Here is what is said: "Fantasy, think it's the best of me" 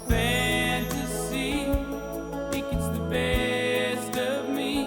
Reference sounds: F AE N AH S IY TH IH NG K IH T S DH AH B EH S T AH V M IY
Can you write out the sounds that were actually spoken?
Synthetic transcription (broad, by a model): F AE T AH S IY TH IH K IH T S DH AH B EH S T AH V M IY